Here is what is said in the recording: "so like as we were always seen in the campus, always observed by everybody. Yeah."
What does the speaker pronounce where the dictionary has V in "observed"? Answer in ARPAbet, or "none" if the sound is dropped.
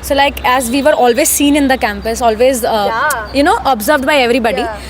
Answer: V